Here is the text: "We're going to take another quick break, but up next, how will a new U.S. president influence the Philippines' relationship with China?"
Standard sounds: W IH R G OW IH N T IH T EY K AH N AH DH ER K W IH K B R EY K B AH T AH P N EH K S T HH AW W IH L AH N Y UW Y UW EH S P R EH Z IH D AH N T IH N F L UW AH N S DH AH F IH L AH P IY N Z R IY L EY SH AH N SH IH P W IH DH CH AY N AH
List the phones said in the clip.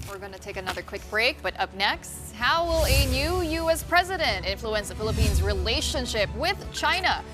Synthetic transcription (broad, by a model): W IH R G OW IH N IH T EY K AH N AH DH ER K W IH K B R EY K B AH T AH P N EH K S T HH AW W IH L AH N Y UW Y UW EH S P R EH Z IH D AH N T IH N F L UW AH N S DH AH F IH L AH P IY N Z R IY L EY SH AH N SH IH P W IH DH CH AY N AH